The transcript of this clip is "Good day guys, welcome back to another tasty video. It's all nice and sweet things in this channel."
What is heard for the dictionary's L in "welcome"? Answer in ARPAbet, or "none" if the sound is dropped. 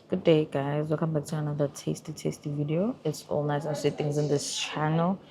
none